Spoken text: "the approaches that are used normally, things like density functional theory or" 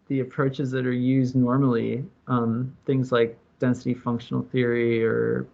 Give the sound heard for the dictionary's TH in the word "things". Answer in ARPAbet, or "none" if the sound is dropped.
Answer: TH